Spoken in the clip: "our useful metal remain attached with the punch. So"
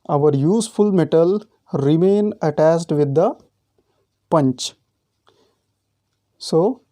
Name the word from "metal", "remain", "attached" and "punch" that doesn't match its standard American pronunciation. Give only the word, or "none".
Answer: attached